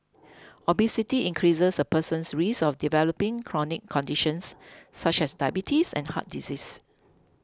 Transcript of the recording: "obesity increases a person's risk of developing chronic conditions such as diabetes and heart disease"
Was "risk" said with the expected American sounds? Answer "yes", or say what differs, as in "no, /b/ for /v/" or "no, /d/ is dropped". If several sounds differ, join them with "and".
no, /k/ is dropped